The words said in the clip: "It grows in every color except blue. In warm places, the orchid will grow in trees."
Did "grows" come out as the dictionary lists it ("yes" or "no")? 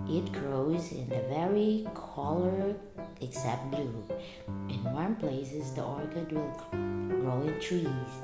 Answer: yes